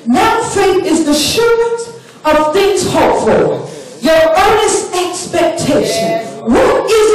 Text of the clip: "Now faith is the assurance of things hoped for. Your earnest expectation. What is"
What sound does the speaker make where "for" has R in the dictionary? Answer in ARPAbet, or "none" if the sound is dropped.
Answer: L